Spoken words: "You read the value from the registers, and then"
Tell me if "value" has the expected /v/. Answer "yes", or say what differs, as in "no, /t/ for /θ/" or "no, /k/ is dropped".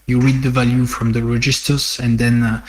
yes